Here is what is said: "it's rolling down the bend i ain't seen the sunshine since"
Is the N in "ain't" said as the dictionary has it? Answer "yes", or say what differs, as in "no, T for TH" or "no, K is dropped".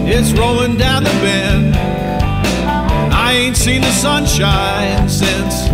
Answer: yes